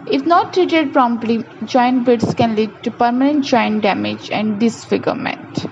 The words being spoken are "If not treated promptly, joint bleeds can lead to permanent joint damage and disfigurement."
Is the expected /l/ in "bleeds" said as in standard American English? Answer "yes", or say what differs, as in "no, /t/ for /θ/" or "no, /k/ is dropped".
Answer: no, /l/ is dropped